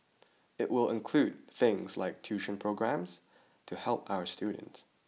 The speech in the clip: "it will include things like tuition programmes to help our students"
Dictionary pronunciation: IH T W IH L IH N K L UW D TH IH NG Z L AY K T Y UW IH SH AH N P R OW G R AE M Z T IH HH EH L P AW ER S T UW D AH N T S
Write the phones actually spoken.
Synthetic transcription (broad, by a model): IH T W IH L IH N K L UW D TH IH NG Z L AY K T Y UW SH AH N P R OW G R AE M Z T IH HH EH L P AW ER S T UW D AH N T S